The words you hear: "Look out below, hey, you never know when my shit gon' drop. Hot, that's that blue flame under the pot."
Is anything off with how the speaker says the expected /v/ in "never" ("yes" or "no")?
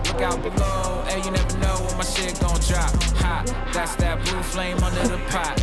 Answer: no